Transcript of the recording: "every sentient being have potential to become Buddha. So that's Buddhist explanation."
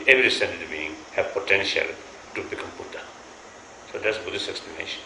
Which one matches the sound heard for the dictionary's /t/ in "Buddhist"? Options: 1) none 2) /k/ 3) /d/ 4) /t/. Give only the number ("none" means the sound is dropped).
1